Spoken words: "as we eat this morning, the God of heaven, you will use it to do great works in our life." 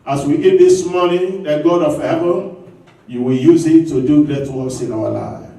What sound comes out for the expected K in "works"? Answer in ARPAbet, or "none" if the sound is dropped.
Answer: none